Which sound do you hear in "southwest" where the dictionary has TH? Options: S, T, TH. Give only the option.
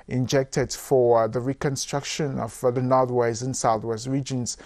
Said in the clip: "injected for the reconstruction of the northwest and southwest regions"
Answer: TH